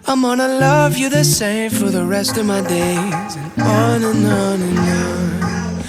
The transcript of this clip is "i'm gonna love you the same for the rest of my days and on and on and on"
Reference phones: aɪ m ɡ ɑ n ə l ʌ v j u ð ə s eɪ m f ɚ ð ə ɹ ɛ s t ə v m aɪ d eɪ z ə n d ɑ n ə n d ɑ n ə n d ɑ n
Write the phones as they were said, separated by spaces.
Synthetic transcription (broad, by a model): aɪ m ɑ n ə l ʌ v j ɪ ð ə s eɪ m f ɚ ð ə ɹ ɛ s t ə v m aɪ d eɪ ə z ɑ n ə n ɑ n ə n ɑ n